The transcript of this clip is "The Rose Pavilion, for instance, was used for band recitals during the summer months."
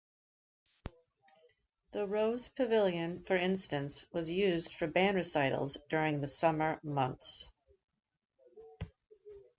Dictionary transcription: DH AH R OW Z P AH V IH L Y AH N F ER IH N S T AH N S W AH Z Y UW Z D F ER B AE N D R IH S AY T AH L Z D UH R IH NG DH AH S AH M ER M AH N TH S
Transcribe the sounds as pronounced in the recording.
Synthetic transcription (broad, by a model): DH AH R OW Z P AH V IH L Y AH N F ER IH N S T AH N S W AH Z Y UW Z D F ER B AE N R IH S AY T L Z D UH R IH NG DH AH S AH M ER M AH N TH S